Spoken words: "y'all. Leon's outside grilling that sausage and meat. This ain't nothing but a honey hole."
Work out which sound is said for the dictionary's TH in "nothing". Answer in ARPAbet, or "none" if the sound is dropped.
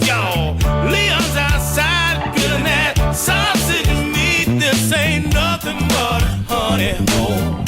TH